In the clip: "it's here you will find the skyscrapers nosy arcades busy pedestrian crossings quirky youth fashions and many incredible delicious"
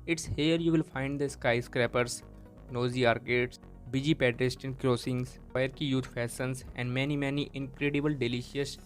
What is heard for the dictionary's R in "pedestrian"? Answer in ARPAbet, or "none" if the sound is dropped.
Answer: none